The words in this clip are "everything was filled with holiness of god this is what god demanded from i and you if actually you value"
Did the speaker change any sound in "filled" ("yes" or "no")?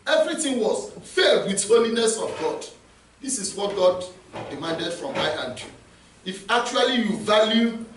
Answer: yes